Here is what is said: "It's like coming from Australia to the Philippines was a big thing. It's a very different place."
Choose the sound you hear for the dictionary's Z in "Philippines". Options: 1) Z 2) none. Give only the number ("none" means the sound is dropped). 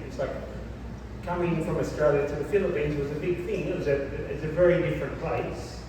1